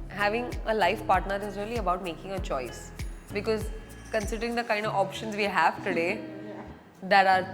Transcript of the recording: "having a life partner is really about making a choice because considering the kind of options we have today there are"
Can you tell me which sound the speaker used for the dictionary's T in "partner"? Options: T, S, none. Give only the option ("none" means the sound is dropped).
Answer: T